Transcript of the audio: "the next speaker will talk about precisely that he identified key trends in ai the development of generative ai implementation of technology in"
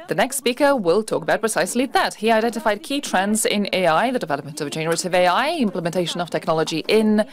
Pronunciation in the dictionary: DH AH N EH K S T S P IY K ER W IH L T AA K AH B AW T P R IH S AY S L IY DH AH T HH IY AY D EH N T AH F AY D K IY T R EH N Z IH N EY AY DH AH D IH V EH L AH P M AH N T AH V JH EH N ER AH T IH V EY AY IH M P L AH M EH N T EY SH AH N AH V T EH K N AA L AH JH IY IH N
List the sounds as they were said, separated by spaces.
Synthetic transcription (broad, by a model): DH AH N EH K S T S P IY K ER W IH L T AA K AH B AW T P R IH S AY S L IY DH AH T HH IY AY D EH N T AH F AY D K IY T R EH N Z IH N EY AY DH AH D IH V EH L AH P M AH N T AH V JH EH N ER AH T IH V EY AY IH M P L AH M EH N T EY SH AH N AH V T EH K N AA L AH JH IY IH N